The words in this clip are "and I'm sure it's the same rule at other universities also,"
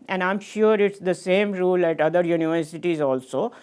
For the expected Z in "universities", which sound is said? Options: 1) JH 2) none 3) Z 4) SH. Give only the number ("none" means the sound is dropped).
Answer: 3